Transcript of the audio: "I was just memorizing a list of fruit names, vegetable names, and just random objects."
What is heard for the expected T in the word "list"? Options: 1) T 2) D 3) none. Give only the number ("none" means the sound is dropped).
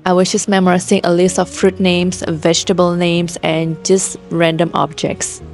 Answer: 1